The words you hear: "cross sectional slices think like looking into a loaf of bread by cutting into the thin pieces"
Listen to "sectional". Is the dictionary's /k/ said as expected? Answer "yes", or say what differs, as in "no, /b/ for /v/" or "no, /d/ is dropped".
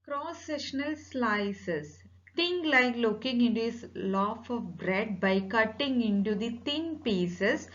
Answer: no, /k/ is dropped